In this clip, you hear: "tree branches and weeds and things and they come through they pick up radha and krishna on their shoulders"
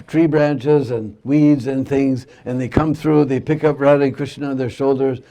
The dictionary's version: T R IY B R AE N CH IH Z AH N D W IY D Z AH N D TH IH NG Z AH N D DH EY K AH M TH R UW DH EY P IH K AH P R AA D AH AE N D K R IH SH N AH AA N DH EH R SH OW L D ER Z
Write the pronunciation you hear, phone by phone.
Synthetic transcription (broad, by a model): T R IY B R AE N CH IH Z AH N W IY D Z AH N TH IH NG Z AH N DH EY K AH M TH R UW DH EY P IH K AH P R AA D AH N K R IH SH N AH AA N DH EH R SH OW L D ER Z